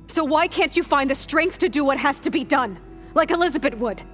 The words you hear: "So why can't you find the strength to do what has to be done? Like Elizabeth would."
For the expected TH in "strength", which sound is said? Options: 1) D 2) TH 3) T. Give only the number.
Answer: 2